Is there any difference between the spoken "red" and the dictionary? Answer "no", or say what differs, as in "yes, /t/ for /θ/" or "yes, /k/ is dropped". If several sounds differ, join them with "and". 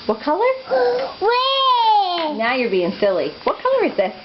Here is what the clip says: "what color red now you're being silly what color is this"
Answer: yes, /w/ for /ɹ/